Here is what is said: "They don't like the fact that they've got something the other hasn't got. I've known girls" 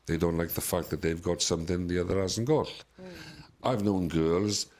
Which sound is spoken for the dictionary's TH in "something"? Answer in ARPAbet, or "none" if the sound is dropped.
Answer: TH